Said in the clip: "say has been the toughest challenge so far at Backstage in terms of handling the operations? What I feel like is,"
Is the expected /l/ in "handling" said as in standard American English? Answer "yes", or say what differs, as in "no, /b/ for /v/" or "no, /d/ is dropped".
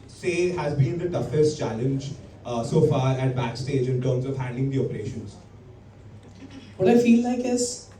no, /l/ is dropped